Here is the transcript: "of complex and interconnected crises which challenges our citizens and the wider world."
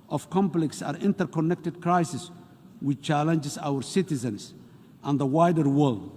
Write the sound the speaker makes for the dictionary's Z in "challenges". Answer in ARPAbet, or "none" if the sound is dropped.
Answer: S